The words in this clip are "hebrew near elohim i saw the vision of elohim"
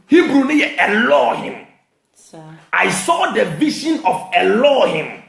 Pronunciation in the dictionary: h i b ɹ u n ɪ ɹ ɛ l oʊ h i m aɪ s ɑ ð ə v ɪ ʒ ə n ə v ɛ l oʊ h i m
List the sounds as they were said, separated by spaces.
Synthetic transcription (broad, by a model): h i b ɹ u n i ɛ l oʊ h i m aɪ s ɑ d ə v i ʃ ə n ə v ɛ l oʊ h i m